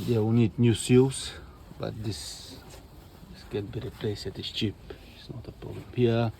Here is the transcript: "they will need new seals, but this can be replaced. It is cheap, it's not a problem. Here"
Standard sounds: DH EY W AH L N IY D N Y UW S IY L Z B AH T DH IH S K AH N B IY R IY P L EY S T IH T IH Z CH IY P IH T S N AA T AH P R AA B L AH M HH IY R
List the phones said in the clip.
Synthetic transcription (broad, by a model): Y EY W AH N IY D N Y UW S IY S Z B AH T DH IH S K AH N B IY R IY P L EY S IH T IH S CH IY P IH T S N AA T AH P R AA B L AH M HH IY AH